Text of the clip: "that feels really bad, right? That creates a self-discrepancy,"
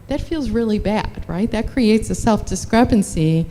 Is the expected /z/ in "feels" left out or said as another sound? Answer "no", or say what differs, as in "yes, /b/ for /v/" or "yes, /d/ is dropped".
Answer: no